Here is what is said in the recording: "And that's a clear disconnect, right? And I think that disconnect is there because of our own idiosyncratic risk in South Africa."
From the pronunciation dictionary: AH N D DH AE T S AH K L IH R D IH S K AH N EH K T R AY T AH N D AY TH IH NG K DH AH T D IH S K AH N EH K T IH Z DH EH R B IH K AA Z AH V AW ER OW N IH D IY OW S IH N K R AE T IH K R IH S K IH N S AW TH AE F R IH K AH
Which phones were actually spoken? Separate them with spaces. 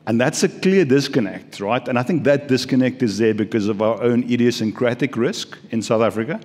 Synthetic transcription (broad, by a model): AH N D DH AE T S AH K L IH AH D IH S K AH N EH K T R AY T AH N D AY TH IH NG K DH AH T D IH S K AH N EH K T IH Z DH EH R B IH K AA Z AH V AW ER OW N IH D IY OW S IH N K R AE T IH K R IH S K IH N S AW TH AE F R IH K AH